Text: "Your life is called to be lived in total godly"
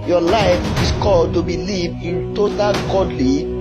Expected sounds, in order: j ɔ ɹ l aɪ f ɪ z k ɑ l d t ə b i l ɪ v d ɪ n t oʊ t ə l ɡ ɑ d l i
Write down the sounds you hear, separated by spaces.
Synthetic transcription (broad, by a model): j ɔ l aɪ f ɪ s k ɑ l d t ə b i l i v ɪ n t oʊ t ə l ɡ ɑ d l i